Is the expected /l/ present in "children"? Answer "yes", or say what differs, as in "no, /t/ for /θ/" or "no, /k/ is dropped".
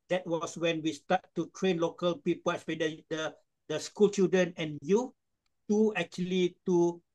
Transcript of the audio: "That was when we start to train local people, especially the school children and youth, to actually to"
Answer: no, /l/ is dropped